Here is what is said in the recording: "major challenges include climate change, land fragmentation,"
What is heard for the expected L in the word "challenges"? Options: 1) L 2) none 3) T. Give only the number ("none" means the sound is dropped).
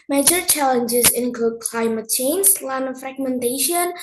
1